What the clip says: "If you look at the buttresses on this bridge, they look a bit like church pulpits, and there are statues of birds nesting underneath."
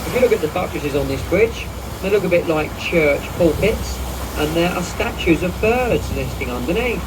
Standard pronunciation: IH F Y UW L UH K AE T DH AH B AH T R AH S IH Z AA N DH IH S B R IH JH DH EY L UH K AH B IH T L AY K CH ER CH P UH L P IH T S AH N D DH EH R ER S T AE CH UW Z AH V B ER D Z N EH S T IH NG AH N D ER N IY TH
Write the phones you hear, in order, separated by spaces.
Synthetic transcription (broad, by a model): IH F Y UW L UH K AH T DH AH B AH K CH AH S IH Z N DH IH S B R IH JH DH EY L UH K AH B IH T L AY K CH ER CH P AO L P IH T S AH N DH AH R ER S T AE CH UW Z AH V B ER D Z L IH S T IH NG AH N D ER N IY